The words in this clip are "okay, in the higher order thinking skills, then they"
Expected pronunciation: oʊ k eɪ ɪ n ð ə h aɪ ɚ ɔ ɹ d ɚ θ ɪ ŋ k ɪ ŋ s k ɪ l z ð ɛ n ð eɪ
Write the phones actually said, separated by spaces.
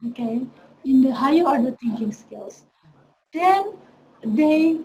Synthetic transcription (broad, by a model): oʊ k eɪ ɪ n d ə h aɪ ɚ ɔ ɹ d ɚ t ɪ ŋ k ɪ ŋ s k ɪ l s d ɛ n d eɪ